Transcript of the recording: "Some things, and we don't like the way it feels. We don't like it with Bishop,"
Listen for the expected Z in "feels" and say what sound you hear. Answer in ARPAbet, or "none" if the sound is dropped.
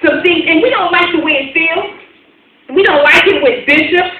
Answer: none